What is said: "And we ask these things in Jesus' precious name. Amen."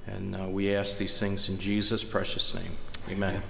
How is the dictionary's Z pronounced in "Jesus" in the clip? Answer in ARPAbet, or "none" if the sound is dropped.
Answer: Z